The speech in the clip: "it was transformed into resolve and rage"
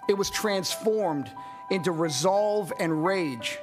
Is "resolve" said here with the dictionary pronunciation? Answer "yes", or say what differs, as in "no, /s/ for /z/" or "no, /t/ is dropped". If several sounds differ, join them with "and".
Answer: yes